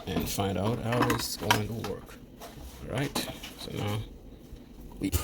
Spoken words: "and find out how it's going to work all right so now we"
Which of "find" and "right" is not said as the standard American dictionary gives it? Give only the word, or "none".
none